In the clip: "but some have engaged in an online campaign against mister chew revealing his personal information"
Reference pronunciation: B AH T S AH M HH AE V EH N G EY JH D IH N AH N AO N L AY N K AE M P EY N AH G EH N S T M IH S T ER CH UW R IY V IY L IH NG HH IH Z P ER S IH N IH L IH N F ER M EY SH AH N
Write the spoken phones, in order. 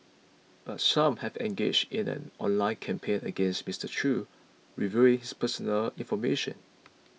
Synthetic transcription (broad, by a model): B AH T S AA M HH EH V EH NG G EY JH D IH N AH N AO N L AY N K AE M P EY N AH G EH N S T M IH S T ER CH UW R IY V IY IH NG HH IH S P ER S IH N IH L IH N F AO M EY SH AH N